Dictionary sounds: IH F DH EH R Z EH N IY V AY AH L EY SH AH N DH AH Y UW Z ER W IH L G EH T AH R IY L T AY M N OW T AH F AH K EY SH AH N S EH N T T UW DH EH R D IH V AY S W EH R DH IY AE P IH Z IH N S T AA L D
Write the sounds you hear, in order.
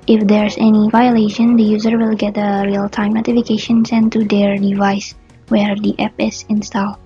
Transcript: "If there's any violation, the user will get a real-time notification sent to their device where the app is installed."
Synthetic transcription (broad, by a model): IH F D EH R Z EH N IY V AY AH L EY SH AH N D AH Y UW Z ER W IH L G EH T AH R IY L T AY M N OW T AH F AH K EY SH AH N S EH N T T UW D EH R D IH V AY S W EH R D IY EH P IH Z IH N S T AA L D